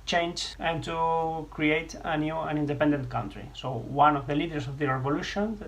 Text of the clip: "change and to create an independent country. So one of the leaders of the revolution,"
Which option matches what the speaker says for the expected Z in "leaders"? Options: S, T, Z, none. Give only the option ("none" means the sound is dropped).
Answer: S